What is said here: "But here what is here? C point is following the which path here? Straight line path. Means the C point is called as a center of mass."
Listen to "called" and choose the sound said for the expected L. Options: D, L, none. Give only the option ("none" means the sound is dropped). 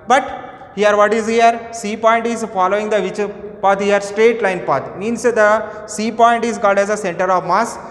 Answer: none